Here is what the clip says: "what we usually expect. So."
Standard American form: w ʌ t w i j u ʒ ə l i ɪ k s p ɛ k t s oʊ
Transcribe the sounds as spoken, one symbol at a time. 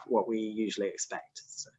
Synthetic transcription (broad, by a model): w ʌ t w i j u ʒ ə l i ɪ k s p ɛ k t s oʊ